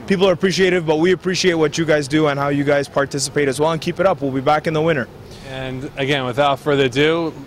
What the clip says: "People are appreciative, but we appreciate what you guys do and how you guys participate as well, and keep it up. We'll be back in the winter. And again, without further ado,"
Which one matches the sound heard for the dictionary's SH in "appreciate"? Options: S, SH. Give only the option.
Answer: SH